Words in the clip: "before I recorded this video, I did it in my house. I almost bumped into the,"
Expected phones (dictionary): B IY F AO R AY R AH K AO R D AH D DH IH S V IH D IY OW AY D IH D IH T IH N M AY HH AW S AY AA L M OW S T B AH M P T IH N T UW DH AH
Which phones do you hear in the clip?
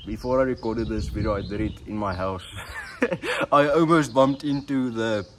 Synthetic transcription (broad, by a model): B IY F AO R AY R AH K AO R D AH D DH IH S W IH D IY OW AY D IH D IH T IH N M AY HH AW S AY AA L M OW S T B AH M P T IH N T UW DH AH